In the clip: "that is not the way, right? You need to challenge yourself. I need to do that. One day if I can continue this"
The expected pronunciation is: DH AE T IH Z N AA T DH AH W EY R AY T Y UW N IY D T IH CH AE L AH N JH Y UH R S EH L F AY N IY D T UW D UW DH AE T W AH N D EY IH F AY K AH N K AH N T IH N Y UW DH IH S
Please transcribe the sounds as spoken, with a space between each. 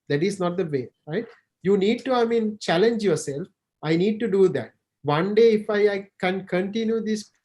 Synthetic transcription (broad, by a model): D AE T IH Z N AA T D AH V EY R AY T Y UW N IY D T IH CH AE L AH N JH Y UH R S EH L F AY N IY D T UW D UW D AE T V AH N D EY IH F AY K AH N K AH N T IH N Y UW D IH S